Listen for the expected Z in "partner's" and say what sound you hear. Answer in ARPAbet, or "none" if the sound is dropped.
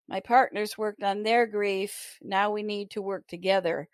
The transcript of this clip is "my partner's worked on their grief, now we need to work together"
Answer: Z